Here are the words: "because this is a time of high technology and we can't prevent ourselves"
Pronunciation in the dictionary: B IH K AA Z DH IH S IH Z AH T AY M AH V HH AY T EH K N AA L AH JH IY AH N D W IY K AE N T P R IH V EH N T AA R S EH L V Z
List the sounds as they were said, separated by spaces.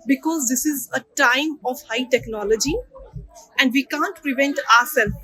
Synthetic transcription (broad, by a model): B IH K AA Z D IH S IH Z AH T AY M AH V HH AY T EH K N AA L AH JH IY AH N D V IY K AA N T P R IH V EH N T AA R S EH L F